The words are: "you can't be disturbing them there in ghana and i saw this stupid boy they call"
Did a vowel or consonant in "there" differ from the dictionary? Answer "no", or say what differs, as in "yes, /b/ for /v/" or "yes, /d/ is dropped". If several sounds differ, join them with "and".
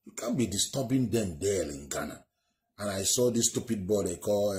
yes, /l/ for /ɹ/